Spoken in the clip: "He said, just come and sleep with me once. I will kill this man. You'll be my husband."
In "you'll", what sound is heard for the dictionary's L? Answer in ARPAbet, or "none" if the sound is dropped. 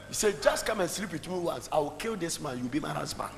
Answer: W